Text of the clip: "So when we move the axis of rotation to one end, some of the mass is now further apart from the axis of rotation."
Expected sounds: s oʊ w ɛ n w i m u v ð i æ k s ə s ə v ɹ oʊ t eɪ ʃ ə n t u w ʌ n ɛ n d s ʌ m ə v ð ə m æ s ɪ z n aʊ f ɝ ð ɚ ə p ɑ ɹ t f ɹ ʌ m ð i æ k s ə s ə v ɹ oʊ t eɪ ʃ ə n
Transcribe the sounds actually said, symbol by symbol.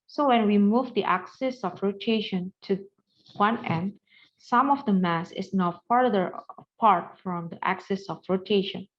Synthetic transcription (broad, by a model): s oʊ w ɛ n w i m u v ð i æ k s ə s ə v ɹ oʊ t eɪ ʃ ə n t u w ʌ n ɛ n d s ʌ m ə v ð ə m æ s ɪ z n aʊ p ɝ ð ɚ ə p ɑ ɹ t f ɹ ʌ m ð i æ k s ə s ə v ɹ oʊ t eɪ ʃ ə n